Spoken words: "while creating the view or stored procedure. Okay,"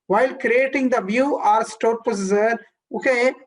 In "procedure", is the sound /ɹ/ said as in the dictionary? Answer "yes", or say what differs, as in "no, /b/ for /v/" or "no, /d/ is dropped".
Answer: no, /ɹ/ is dropped